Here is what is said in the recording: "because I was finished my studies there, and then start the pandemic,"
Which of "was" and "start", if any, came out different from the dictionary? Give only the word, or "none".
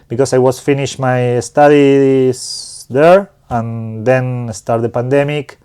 was